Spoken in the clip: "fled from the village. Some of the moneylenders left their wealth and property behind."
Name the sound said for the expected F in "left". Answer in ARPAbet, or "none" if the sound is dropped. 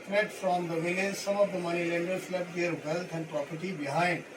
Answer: none